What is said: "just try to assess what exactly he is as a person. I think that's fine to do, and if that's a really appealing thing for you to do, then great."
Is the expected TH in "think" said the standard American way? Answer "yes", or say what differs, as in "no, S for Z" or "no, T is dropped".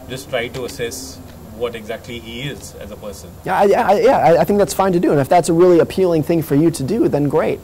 yes